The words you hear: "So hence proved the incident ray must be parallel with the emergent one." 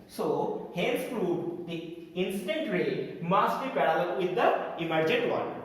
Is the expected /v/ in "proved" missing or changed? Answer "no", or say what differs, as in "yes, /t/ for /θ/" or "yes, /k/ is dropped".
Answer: yes, /v/ is dropped